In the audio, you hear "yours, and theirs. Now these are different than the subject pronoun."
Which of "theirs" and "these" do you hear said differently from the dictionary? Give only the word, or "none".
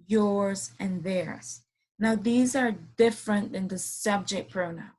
none